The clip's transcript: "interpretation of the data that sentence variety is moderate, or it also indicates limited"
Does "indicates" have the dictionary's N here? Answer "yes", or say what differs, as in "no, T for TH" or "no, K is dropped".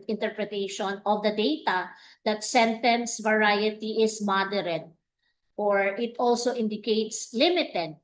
yes